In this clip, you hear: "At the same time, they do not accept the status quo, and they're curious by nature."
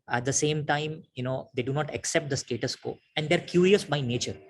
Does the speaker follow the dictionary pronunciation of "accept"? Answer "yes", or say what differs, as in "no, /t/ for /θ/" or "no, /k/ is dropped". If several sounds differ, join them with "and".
yes